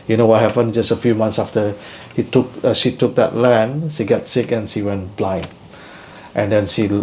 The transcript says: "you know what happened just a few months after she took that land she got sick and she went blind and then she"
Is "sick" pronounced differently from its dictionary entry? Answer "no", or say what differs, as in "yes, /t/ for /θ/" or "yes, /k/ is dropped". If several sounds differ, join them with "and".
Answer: no